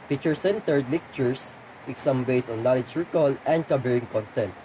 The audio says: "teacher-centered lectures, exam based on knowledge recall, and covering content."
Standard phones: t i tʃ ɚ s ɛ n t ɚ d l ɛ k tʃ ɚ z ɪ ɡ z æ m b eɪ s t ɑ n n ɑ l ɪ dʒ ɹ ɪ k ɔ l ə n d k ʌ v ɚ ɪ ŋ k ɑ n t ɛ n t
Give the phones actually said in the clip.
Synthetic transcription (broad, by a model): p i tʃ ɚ s ɛ n t ɚ d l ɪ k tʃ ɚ s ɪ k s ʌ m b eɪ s ɑ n n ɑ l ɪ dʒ ɹ ɪ k ɔ l ə n d k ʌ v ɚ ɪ ŋ k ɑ n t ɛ n t